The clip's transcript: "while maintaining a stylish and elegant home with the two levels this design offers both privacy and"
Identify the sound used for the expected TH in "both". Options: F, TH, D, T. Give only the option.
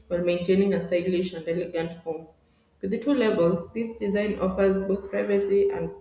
TH